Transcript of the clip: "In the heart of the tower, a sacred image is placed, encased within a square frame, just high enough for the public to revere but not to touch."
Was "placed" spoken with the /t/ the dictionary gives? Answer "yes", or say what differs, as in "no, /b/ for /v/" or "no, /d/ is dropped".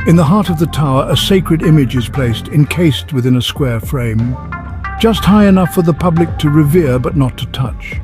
yes